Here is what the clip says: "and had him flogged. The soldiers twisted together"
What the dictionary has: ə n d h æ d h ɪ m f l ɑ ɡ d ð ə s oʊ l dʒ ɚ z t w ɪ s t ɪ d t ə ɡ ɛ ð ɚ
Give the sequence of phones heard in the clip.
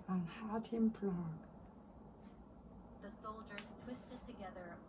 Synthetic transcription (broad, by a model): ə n h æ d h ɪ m p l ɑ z ð ə s oʊ l dʒ ɚ z t w ɪ s t ɪ d t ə ɡ ɛ ð ɚ